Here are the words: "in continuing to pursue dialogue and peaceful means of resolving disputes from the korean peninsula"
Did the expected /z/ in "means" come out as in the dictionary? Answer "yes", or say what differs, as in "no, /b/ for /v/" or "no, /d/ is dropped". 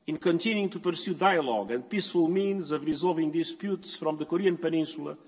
yes